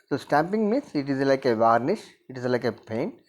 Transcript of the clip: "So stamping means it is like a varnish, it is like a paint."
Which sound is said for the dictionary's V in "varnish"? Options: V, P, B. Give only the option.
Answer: V